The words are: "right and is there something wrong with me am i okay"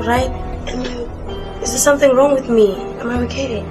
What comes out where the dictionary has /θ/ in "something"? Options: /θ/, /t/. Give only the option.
/θ/